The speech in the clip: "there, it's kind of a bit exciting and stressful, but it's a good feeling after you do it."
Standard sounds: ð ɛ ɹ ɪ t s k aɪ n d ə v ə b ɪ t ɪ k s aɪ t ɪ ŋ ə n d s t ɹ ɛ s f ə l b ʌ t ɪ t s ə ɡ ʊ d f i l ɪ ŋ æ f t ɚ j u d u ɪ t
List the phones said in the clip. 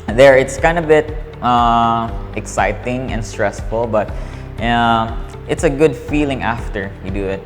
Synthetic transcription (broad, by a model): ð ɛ ɹ ɪ t s k aɪ n d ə b ə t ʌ t ɪ k s aɪ t ɪ ŋ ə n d s t ɹ ɛ s f ə l b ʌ t ɪ t s ə ɡ ʊ d f i l ɪ ŋ æ f t ɚ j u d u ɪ t